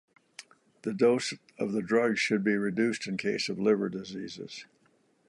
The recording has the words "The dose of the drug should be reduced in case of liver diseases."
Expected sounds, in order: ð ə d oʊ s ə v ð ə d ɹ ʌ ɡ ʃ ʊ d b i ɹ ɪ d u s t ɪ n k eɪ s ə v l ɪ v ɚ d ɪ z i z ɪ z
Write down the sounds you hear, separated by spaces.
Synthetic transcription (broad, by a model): ð ə d oʊ s ə v ð ə d ɹ ʌ ɡ ʃ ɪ d b i ɹ ɪ d u s t ɪ n k eɪ s ə v l ɪ v ɚ d ɪ z i z ɪ z